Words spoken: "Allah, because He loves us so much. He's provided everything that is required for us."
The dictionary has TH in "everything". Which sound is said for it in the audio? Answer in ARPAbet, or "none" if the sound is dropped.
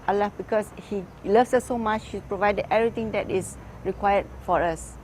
T